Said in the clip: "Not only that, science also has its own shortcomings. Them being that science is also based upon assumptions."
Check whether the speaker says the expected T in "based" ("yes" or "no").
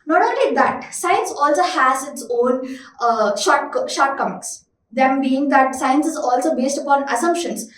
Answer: yes